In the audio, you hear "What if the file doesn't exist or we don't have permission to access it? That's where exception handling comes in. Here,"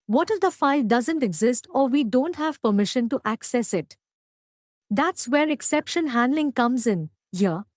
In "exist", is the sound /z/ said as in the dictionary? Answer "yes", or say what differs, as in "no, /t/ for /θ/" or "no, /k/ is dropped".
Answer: yes